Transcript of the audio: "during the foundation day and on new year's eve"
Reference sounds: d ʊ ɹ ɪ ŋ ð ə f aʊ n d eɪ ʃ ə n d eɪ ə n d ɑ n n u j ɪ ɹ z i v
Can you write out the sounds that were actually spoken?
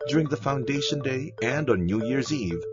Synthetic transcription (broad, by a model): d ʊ ɹ ɪ ŋ ð ə f aʊ n d eɪ ʃ ə n d eɪ ə n d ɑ n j u j ɪ ɹ z i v